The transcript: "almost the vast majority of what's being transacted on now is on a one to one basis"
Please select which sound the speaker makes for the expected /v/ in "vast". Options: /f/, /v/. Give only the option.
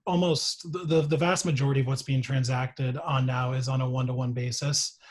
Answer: /v/